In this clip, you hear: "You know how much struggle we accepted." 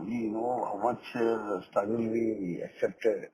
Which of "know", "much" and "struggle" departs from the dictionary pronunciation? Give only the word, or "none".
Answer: struggle